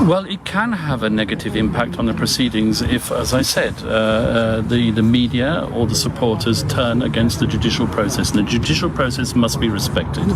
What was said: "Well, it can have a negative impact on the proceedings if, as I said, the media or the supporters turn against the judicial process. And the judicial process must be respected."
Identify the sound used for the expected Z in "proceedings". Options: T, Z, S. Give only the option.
Z